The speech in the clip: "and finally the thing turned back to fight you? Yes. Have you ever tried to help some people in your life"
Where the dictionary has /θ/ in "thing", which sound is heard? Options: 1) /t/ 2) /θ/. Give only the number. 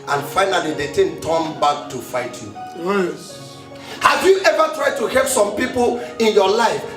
1